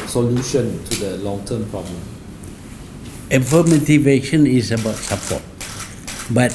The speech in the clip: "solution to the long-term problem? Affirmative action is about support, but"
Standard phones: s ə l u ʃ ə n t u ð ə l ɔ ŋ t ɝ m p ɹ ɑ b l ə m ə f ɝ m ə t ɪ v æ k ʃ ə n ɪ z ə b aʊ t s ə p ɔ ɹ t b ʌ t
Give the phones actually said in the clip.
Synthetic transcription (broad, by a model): s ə l u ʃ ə n t u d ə l ɔ ŋ t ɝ m p ɹ ɑ b l ə m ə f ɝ m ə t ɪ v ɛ ʃ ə n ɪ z ə b aʊ t s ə p ɔ t b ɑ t